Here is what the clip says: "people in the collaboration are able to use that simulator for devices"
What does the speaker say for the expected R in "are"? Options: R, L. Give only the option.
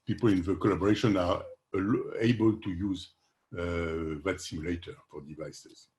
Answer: L